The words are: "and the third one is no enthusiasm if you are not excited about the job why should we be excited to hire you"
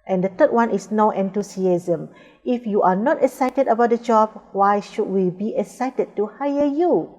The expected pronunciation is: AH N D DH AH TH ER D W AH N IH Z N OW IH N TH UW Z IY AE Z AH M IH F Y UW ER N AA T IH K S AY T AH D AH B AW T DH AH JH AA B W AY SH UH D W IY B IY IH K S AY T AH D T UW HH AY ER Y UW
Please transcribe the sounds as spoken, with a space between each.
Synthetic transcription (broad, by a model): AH N D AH T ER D W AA N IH S N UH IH N T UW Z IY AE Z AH M IH F Y UW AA N AA T IH K S AY T AH D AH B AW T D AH JH AA B W AY SH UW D W IY B IY IH K S AY T AH D T UW HH AY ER Y UW